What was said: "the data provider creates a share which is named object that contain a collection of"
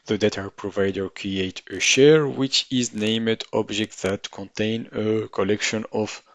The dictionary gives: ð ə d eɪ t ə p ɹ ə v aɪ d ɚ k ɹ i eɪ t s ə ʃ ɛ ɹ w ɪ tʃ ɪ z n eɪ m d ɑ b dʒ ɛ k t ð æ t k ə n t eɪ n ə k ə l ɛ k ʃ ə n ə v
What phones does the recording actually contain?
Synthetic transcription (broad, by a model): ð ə d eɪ t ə p ɹ ə v aɪ d ɚ k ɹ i eɪ t ə ʃ ɛ ɹ w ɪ tʃ ɪ z n eɪ m d ɑ b dʒ ɛ k t ð æ t k ə n t eɪ n ə k ə l ɛ k ʃ ə n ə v